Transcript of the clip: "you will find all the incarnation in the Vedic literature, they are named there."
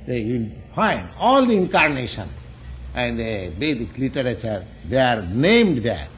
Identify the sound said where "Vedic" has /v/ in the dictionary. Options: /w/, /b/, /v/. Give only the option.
/b/